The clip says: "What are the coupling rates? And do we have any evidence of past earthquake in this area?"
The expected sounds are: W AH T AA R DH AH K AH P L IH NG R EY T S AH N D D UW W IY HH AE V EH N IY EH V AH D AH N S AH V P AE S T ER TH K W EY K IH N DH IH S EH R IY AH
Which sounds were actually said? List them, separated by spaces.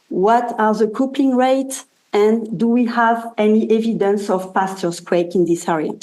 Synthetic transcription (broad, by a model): W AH T AA R DH AH K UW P IH NG R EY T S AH N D D UW W IY HH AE V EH N IY EH V AH D AH N S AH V P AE S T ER S K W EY K IH N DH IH S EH R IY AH